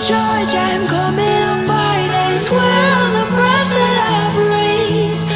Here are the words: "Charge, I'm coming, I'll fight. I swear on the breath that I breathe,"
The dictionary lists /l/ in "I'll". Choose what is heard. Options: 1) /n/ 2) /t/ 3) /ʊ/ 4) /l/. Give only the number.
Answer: 1